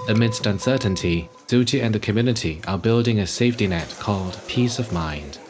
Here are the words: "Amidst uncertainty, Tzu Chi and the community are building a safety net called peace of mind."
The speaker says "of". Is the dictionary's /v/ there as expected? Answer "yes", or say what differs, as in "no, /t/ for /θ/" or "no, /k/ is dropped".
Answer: yes